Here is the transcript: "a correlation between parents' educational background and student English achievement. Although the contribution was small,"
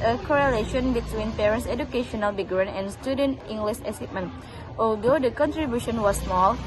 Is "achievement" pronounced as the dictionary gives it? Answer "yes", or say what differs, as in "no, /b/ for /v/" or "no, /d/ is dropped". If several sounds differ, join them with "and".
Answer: no, /s/ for /tʃ/